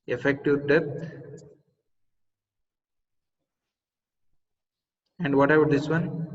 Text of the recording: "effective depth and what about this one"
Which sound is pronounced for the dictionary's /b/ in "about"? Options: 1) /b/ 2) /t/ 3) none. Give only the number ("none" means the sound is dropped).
3